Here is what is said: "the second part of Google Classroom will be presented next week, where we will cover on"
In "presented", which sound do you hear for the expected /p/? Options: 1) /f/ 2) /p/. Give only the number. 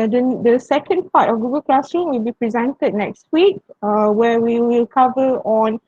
2